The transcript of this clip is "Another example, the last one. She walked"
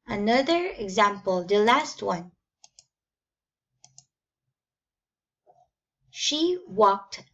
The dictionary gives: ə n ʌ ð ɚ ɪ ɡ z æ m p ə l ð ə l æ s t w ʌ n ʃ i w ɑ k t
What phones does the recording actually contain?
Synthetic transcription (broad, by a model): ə n ʌ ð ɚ ɪ ɡ z æ m p ə l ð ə l æ s t w ʌ n ʃ i w ɑ k t